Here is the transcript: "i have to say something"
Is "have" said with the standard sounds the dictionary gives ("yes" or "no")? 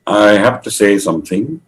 no